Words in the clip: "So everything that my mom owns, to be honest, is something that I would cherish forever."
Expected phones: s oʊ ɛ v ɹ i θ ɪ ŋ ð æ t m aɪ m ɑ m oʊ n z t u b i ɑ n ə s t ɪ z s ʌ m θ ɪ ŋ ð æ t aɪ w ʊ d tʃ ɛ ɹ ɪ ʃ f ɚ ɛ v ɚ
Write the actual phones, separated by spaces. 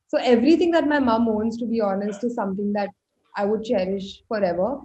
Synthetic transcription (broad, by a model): s oʊ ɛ v ɹ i t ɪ ŋ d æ t m aɪ m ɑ m oʊ n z t u b i ɑ n ə s t ɪ z s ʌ m t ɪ ŋ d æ t aɪ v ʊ d tʃ ɛ ɹ ɪ ʃ f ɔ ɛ v ɚ